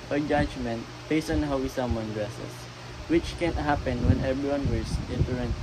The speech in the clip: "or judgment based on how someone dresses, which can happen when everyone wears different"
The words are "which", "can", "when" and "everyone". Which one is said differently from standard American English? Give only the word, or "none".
everyone